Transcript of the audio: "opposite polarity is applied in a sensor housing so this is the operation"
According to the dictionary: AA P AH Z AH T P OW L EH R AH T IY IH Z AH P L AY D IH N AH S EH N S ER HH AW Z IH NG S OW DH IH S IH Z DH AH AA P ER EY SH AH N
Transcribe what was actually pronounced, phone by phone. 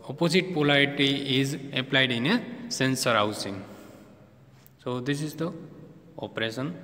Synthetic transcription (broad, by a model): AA P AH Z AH T P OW L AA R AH T IY IH Z AH P L AY D IH N AH S EH N S ER HH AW S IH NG S OW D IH S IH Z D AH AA P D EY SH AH N